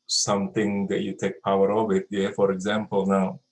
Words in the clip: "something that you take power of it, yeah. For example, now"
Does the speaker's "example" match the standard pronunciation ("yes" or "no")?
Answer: yes